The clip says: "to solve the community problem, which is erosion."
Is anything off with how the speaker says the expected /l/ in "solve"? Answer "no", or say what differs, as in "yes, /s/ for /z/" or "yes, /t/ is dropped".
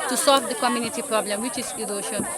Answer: no